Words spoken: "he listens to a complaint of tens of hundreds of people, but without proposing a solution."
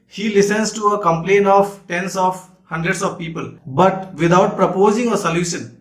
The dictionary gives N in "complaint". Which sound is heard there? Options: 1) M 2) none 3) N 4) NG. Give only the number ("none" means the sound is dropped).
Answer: 3